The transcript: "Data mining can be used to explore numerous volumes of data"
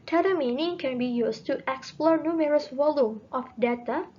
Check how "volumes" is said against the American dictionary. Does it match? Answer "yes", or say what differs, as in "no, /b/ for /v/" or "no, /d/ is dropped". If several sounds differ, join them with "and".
no, /z/ is dropped